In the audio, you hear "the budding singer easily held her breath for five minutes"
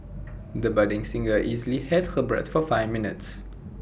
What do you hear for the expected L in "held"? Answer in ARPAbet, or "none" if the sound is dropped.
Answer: none